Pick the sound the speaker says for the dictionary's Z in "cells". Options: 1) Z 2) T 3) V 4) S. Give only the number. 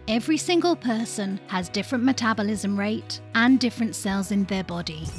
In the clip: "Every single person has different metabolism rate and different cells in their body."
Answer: 1